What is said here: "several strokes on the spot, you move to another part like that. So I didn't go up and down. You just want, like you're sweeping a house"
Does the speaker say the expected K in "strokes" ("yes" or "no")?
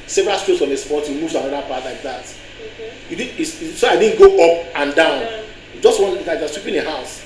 no